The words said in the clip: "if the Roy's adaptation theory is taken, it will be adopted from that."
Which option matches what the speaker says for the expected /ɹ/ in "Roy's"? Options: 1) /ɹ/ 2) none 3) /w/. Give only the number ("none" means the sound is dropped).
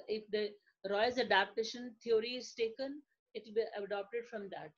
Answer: 1